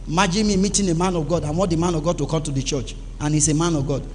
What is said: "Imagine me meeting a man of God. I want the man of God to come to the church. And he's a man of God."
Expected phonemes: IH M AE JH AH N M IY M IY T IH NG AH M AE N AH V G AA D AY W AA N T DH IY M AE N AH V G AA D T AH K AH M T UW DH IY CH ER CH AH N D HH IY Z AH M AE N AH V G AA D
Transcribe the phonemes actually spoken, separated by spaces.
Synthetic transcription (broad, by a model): M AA JH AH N M IY M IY T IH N AH M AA N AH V G AA D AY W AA T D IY M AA N AH V G AA D T AH K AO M T UW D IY CH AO CH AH N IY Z AH M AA N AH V G AA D